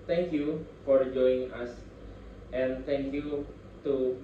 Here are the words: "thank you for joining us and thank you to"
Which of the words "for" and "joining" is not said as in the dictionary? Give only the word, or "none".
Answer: joining